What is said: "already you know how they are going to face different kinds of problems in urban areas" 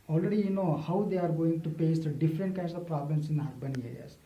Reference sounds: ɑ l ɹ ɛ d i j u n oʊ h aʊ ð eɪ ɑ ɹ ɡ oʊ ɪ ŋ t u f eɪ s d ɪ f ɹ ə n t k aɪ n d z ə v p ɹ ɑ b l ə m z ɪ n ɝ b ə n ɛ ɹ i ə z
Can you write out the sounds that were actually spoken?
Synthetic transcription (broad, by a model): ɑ l ɹ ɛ d i j u n oʊ h aʊ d eɪ ɑ ɹ ɡ oʊ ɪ ŋ t u p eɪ s d ɪ f ɹ ə n t k aɪ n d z ə v p ɹ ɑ b l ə m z ɪ n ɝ b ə n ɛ ɹ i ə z